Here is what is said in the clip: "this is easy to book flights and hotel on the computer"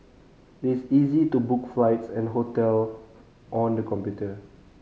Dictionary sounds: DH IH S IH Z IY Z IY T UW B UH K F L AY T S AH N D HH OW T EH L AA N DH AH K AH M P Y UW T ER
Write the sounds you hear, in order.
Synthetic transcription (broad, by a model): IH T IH S IY Z IY T UW B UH K F L AY T S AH N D HH OW T EH L AA N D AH K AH M P Y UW T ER